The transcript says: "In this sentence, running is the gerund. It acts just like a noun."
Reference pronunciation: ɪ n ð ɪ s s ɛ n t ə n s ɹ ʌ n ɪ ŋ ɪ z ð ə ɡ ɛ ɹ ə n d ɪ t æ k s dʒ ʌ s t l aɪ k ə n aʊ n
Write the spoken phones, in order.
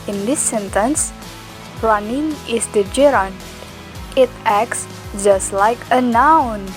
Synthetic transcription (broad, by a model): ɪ n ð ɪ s s ɛ n t ə n s ɹ ʌ n ɪ ŋ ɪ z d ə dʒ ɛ ɹ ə n ɪ t æ k s dʒ ʌ s t l aɪ k ə n aʊ n